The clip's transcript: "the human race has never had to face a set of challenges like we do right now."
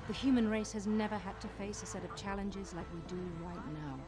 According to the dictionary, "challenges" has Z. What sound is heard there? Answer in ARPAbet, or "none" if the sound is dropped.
Z